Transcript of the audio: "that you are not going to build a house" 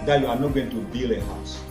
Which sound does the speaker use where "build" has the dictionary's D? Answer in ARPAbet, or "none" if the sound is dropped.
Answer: none